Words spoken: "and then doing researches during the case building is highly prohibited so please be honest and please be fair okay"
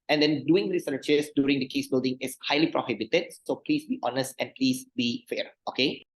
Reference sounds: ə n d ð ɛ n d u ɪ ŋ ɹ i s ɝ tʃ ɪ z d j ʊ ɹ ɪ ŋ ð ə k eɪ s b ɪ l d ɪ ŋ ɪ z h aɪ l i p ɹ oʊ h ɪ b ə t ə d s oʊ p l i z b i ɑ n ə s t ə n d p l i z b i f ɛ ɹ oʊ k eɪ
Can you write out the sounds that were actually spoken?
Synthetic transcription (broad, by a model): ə n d ɛ n d u ɪ ŋ ɹ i s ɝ tʃ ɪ s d j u ɹ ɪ ŋ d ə k eɪ s b ɪ l d ɪ ŋ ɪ s h aɪ l i p ɹ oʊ h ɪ b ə t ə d s oʊ p l i s b i ɑ n ə s t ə n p l i s b i f ɛ ɹ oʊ k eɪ